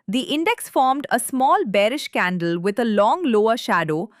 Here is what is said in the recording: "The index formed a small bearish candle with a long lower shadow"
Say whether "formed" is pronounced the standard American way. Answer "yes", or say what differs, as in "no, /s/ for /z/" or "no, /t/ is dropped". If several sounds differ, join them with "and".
yes